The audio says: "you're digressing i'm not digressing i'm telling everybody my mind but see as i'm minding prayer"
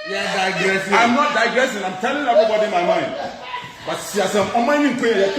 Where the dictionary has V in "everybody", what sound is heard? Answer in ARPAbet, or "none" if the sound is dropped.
B